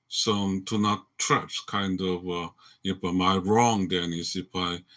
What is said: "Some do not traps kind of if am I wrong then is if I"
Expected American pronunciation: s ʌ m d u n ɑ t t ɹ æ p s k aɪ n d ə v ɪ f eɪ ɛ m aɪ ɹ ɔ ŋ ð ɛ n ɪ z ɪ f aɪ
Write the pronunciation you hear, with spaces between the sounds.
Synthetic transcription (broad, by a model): s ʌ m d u n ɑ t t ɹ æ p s k aɪ n d ə v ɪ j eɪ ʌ m aɪ ɹ ɔ ŋ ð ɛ n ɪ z ɪ f aɪ